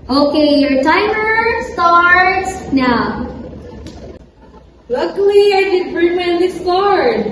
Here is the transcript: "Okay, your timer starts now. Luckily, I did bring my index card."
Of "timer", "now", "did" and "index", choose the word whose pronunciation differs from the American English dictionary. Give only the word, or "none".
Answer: index